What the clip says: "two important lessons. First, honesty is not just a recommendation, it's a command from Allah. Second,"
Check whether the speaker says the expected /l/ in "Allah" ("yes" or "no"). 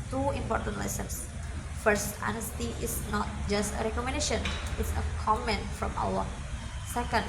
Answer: no